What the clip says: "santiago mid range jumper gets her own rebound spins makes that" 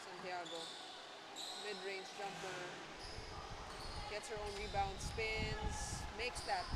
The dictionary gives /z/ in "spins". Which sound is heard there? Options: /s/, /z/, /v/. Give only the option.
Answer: /s/